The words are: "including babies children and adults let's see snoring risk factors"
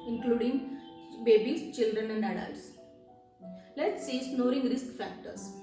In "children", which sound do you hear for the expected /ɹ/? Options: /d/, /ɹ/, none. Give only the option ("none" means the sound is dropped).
/ɹ/